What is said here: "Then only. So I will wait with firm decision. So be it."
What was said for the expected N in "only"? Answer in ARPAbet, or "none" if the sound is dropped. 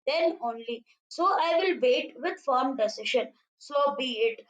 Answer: N